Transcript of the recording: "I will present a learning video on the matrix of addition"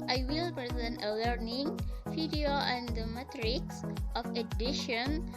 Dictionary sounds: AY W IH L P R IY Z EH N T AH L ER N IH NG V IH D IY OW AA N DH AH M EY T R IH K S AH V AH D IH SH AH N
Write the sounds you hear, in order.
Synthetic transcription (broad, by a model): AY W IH L P R IY Z EH N T AH L ER N IH NG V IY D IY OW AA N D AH M EY T R IH K S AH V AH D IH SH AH N